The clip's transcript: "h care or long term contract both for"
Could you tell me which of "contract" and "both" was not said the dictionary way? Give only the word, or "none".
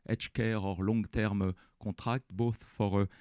contract